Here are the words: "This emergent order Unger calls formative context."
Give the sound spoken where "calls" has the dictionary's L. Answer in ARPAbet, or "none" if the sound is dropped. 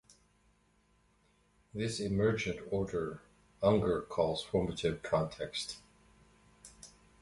L